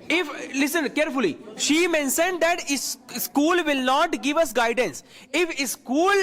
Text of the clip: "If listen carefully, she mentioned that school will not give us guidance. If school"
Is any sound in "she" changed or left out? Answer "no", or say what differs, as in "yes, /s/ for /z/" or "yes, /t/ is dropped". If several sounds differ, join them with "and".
no